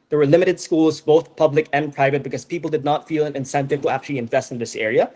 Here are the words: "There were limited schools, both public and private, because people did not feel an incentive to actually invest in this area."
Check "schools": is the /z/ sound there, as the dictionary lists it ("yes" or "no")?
yes